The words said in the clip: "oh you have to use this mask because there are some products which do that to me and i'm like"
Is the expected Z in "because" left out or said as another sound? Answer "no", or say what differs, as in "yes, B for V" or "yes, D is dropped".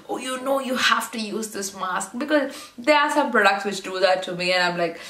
no